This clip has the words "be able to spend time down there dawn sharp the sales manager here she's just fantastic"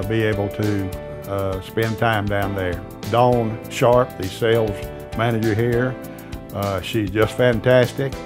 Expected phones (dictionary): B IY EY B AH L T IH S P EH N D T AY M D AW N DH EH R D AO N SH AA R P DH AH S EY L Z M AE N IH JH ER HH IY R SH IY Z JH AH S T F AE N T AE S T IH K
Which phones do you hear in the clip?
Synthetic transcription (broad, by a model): B IY EY B L T IH S P EH N T AY M D AW N DH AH R D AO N SH AA R P DH AH S EY L Z M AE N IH JH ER HH IY R SH IY Z JH AH S T F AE N T AE S T IH K